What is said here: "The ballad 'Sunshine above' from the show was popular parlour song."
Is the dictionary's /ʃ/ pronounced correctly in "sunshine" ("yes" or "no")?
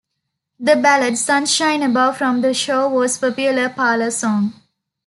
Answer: yes